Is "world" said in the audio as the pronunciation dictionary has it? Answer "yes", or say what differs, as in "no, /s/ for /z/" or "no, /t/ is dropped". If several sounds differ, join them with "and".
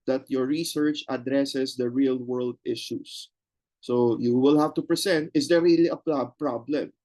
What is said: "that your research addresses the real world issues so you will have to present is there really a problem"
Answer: yes